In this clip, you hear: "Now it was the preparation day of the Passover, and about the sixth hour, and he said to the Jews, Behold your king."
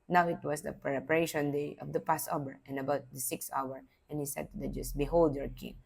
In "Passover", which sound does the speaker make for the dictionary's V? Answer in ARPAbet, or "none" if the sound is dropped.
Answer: B